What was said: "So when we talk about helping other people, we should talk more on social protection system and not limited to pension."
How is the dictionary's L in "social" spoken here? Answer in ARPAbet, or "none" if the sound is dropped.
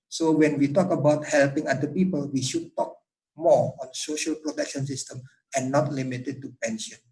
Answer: L